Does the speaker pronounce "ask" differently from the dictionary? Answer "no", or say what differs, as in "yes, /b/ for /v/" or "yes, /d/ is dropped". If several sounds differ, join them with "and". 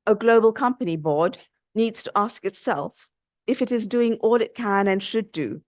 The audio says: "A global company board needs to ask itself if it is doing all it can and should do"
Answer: no